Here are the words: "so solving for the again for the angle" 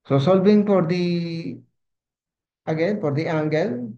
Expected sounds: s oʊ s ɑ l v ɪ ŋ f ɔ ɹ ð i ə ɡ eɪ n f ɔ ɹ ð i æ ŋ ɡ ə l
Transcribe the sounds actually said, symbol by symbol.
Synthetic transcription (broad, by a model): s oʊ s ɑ l b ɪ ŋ p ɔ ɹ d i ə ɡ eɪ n p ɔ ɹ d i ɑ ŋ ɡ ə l